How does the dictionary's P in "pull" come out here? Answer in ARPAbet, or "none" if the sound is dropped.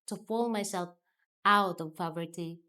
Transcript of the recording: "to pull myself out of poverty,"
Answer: F